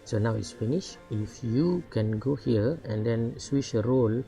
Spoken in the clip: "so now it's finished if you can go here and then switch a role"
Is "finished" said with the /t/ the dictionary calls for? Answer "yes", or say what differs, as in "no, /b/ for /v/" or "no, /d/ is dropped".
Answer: no, /t/ is dropped